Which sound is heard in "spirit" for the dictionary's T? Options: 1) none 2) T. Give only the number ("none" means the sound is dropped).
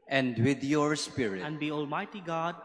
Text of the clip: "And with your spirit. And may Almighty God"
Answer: 1